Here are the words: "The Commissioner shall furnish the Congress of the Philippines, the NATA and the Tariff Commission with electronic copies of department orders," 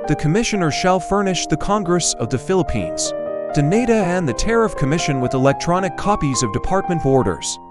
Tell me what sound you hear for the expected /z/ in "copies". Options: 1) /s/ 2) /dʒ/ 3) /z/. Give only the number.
3